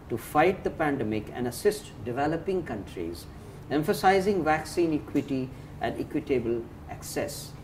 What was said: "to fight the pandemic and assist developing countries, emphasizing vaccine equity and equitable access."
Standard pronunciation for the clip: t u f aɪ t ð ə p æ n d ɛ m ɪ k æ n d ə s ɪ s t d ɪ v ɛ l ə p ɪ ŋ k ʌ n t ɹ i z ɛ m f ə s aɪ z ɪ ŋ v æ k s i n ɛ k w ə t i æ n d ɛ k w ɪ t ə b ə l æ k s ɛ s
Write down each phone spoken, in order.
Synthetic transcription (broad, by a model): t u f aɪ t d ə p æ n d ɛ m ɪ k æ n d ə s ɪ s t d ɪ v ɛ l ə p ɪ ŋ k ʌ n t ɹ i z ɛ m f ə s aɪ z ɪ ŋ v æ k s i n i k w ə t i æ n d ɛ k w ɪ t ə b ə l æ k s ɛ s